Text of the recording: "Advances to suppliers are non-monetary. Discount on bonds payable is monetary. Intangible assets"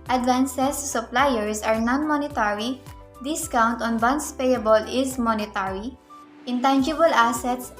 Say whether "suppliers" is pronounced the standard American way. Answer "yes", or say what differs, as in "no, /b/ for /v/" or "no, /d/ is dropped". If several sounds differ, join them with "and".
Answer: no, /s/ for /z/